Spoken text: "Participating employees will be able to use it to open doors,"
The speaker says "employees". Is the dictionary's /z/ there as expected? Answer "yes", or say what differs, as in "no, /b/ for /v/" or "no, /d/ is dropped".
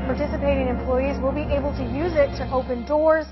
yes